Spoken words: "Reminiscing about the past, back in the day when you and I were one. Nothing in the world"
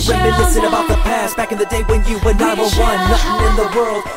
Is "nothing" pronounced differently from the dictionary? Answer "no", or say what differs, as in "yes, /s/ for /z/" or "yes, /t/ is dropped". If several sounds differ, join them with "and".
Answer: yes, /l/ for /n/ and /s/ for /θ/